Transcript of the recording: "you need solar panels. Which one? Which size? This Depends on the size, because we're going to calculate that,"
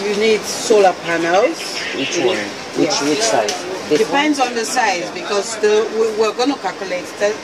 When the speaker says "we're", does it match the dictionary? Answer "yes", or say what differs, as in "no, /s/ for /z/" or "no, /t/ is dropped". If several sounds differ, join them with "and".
no, /w/ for /ɹ/